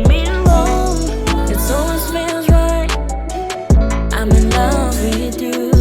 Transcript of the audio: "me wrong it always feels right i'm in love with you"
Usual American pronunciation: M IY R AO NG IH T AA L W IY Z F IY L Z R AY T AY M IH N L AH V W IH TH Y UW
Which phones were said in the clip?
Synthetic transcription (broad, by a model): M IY L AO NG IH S AA L W IY Z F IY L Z R AY T AY M IH N L AH V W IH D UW